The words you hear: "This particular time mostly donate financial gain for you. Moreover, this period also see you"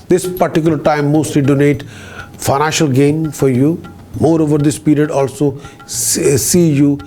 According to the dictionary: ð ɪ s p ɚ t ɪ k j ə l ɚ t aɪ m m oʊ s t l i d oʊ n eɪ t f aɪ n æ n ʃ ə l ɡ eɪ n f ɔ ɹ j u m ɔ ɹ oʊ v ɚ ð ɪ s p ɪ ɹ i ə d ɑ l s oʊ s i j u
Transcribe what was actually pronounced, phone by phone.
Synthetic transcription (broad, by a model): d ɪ s p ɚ t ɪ k j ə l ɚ t aɪ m m oʊ s t l i d oʊ n eɪ t f aɪ n æ n ʃ ə l ɡ eɪ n f ɔ ɹ j u m ɔ ɹ oʊ v ɚ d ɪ s p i ɹ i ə d ɑ l s oʊ s i j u